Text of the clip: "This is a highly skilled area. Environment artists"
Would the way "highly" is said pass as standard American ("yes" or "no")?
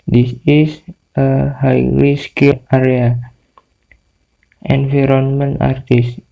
no